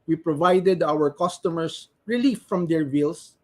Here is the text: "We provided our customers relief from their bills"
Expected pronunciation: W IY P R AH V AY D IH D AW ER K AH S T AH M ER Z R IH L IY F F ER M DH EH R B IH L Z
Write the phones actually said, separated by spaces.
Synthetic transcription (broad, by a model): W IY P R AH V AY D IH D AW ER K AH S T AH M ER S R IH L IY F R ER M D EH R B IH L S